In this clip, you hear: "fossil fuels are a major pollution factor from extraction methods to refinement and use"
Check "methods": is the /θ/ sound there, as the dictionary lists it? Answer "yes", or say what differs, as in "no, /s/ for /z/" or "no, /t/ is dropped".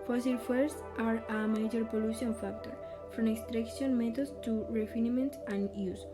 no, /t/ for /θ/